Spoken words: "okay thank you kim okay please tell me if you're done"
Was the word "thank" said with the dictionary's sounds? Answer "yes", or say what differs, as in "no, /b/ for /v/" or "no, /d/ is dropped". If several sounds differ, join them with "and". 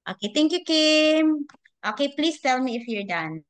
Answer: no, /t/ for /θ/